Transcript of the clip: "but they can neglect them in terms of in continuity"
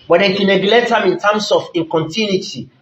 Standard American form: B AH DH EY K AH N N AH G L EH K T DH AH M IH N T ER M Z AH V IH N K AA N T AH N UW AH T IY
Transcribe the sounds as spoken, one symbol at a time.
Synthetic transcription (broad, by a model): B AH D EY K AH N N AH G L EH T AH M IH N T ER M S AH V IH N K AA N T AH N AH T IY